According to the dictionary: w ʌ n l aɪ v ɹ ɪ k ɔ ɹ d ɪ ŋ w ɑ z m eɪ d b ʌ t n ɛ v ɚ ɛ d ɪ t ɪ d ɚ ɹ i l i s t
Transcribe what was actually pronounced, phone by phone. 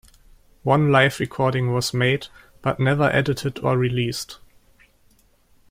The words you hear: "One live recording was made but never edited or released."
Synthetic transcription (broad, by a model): w ʌ n l aɪ f ɹ ɪ k ɔ ɹ d ɪ ŋ w ɑ z m eɪ d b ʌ t n ɛ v ɚ ɛ d ɪ t ɪ d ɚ ɹ i l i s t